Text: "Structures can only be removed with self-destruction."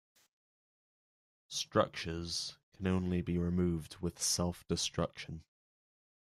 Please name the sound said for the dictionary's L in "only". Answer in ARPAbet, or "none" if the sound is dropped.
L